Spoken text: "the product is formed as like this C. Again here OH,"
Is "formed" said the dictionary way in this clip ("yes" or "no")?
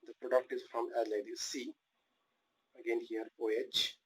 no